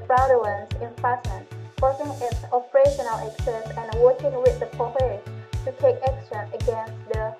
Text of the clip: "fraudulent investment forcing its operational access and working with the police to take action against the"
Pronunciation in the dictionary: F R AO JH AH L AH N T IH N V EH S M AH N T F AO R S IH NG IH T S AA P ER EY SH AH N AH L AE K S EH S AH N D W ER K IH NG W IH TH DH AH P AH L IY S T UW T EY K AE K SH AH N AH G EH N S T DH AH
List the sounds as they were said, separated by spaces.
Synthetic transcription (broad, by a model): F R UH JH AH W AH N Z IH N F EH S AH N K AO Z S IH NG IH T S AA P ER EY SH AH N AH L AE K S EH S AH N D W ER K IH NG W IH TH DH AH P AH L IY T UW T EY K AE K S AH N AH G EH N S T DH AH